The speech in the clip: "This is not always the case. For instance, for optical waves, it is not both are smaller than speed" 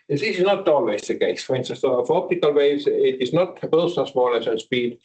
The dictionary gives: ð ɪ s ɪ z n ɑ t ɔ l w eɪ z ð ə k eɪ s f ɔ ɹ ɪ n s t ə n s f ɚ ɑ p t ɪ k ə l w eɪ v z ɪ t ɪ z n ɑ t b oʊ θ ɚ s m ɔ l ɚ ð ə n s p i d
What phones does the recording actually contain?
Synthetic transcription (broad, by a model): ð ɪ s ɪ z n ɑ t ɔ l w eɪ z ð ə k eɪ s f ɔ ɹ ɪ n s t ə n s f ɑ p t ɪ k ə l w eɪ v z ɪ t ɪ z n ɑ t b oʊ s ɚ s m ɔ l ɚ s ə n s p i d